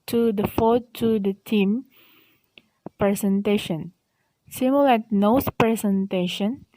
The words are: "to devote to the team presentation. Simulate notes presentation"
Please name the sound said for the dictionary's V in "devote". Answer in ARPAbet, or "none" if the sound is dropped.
F